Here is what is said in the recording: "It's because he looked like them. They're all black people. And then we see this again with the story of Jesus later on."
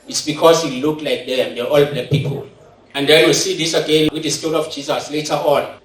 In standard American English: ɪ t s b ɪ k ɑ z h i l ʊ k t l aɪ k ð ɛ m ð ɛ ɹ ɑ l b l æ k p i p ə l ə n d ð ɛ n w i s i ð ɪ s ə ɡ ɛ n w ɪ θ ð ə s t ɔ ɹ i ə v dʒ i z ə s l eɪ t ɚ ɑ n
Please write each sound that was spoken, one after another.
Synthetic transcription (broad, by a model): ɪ t s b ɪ k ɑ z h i l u k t l aɪ k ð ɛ m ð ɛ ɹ ɑ l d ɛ p i p ə l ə n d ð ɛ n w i s i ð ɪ s ə ɡ ɛ n w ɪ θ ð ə s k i l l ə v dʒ i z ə s l eɪ t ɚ ɑ n